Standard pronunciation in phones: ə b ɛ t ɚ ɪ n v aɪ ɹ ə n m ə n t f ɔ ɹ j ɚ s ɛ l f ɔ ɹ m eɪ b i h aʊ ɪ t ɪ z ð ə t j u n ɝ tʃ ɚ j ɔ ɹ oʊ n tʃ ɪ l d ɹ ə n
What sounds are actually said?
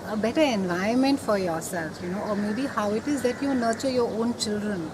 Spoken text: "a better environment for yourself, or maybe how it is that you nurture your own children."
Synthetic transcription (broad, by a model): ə b ɛ t ɚ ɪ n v aɪ ə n m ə n t f ɔ ɹ j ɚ s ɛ l f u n m eɪ b i h aʊ ɪ t ɪ z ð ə t j u n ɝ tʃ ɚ j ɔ oʊ n tʃ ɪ l d ɹ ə n